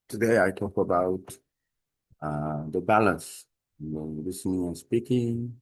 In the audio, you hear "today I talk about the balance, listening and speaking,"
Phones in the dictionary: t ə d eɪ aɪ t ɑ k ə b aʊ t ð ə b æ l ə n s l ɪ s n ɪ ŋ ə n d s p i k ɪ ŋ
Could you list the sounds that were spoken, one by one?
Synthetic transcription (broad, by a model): t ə d eɪ aɪ t ɑ k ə b aʊ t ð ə b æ l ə n s l ɪ s n ɪ ŋ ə n s p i k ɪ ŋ